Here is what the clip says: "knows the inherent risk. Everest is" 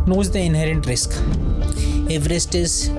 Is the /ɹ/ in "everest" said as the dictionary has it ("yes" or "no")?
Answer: yes